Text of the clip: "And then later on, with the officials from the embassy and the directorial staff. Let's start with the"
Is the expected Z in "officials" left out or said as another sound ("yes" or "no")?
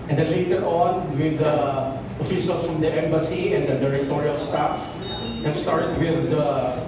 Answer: yes